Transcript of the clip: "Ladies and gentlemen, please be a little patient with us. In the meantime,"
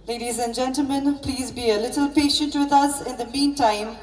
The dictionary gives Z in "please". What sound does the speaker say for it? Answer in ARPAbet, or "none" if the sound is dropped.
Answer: Z